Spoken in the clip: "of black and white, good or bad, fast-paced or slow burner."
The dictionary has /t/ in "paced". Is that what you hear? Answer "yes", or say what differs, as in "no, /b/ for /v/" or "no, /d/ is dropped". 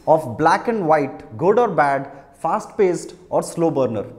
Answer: yes